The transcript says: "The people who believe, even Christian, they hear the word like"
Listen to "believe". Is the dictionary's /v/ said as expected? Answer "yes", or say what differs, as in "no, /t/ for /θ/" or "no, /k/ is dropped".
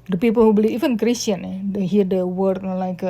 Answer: no, /v/ is dropped